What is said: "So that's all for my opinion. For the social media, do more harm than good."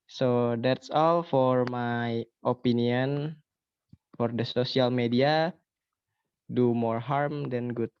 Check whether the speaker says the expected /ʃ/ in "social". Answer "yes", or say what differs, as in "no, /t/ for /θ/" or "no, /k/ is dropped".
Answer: no, /s/ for /ʃ/